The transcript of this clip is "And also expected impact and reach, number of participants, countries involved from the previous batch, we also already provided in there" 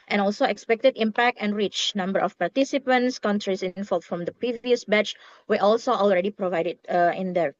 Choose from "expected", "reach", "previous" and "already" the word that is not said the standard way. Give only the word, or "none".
none